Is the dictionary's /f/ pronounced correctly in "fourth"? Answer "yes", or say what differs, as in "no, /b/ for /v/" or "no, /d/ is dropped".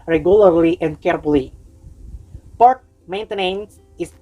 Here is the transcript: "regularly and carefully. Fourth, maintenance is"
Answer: no, /p/ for /f/